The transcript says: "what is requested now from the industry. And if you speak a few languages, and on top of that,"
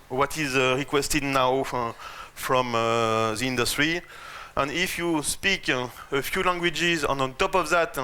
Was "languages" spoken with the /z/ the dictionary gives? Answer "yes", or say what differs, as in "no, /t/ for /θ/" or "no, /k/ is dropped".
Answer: yes